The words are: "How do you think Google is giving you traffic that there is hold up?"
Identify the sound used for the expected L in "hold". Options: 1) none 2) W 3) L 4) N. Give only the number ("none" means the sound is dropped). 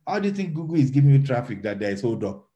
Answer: 1